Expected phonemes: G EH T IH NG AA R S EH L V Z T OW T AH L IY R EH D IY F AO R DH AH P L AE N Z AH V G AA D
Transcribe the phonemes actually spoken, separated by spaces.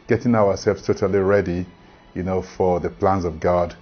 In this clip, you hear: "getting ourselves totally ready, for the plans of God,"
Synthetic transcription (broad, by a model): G EH T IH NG AA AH S EH L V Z T OW T AH L IY R EH D IY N AO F DH AH P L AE N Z AH V G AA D